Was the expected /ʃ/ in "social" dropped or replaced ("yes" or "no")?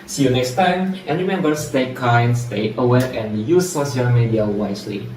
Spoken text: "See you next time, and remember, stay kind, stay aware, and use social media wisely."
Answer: yes